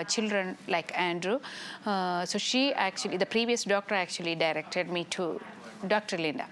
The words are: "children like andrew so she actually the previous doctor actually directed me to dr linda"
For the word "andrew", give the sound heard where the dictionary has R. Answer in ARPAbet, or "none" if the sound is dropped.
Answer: R